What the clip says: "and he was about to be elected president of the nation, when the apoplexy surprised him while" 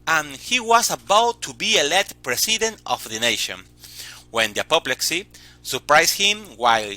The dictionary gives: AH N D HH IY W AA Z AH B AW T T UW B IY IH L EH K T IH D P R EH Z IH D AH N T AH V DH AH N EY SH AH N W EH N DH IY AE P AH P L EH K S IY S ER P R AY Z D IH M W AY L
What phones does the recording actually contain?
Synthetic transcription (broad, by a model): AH N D HH IY W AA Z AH B AW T T UW B IY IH L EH T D P R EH S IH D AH N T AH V DH AH N EY SH AH N W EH N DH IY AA P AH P L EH K S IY S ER P R AY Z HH IH M W AY L